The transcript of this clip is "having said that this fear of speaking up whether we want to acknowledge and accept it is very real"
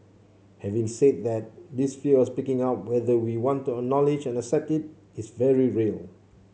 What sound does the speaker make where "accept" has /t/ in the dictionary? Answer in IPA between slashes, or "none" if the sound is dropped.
/t/